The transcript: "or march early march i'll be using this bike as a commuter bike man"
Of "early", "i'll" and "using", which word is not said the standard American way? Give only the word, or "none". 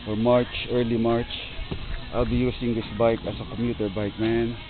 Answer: using